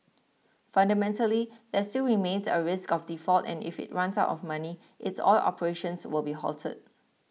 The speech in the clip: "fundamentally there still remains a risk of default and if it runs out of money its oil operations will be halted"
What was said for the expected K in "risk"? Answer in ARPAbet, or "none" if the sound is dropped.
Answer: K